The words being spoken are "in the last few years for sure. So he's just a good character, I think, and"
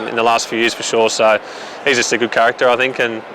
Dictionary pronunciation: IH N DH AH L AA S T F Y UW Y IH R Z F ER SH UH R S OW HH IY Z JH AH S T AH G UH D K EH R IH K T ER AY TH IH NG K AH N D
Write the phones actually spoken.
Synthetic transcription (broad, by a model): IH N DH AH L AA S T F Y UW Y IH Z F ER SH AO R S OW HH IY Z JH AH S T AH G UH D K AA R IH K T ER AY TH IH NG K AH N